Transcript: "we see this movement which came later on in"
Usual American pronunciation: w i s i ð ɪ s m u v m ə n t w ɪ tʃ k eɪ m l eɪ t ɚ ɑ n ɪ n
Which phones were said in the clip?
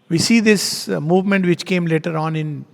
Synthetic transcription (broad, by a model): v i s i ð ɪ s m u v m ə n t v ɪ tʃ k eɪ m l eɪ t ɚ ɑ n ɪ n